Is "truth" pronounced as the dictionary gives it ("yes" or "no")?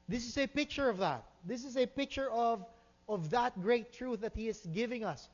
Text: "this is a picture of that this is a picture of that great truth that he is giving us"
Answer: yes